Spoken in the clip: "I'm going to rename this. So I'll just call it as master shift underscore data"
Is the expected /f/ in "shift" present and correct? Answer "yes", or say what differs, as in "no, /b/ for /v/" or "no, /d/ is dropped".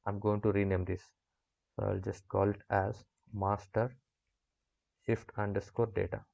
yes